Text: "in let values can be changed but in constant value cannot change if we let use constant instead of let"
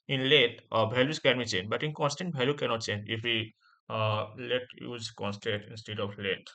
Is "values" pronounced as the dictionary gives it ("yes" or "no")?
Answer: no